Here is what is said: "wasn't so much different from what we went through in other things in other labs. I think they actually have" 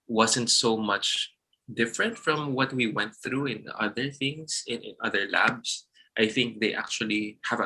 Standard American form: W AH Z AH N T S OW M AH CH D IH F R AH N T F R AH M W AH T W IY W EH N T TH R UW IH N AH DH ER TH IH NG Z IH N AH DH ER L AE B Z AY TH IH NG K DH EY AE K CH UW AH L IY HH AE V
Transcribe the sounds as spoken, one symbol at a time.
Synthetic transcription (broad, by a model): W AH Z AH N T S OW M AH CH D IH F R AH N T F R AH M W AH T W IY W EH N T TH R UW IH N AH DH ER TH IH NG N IH N AH DH ER L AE B S AY TH IH NG K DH EY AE K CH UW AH L IY HH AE V